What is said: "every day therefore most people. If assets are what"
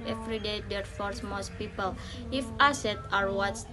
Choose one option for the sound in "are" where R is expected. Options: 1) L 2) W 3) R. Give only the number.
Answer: 3